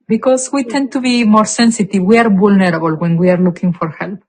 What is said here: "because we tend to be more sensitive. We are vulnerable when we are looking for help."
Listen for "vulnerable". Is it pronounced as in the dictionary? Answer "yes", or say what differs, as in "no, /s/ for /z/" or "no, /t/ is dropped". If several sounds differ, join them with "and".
no, /b/ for /v/